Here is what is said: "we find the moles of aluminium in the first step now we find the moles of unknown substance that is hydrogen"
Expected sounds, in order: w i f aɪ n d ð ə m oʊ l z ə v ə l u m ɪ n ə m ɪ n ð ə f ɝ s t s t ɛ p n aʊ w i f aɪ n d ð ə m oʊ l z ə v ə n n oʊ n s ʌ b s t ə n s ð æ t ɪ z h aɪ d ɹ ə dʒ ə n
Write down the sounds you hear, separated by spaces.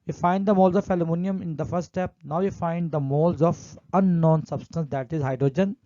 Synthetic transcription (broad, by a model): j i f aɪ n d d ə m oʊ l z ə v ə l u m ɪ n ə m ɪ n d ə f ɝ t s t ɛ p n aʊ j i f aɪ n d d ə m oʊ l z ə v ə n n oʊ n s ʌ b s t ə n s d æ t ɪ z h aɪ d ɹ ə dʒ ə n